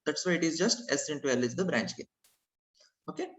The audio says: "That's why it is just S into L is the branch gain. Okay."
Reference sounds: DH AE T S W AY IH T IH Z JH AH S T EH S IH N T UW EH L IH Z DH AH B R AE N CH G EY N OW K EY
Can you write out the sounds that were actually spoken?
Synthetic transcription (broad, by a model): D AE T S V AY IH T IH Z JH AH S T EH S IH N T UW EH L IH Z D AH B R AE N CH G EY OW K EY